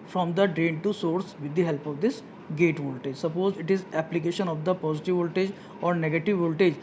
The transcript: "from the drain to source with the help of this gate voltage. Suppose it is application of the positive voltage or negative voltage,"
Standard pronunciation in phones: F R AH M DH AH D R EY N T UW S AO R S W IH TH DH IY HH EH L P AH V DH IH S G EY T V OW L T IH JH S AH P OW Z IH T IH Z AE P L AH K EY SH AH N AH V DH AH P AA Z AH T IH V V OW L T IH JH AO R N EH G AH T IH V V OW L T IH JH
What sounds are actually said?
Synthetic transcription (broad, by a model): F R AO M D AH D R EY N T UW S AO R S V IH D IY HH EH L P AH V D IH S G EY T V OW L T IH JH S AH P OW Z IH T IH Z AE P L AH K EY SH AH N AH V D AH P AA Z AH T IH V V OW L T IH JH AO R N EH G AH T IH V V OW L T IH JH